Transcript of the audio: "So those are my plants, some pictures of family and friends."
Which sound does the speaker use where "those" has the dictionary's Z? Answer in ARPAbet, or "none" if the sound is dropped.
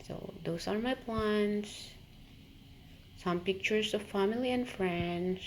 S